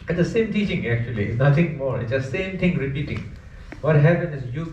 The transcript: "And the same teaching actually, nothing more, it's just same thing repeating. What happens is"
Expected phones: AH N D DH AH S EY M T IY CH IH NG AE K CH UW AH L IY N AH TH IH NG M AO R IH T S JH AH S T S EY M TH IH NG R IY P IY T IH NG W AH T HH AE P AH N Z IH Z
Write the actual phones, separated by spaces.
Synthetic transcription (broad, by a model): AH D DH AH S EY M T IY CH IH NG AE K CH UW AH L IY N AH T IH NG M AO R IH T S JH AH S S EY M T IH NG R IY P IY T IH NG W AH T HH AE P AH N IH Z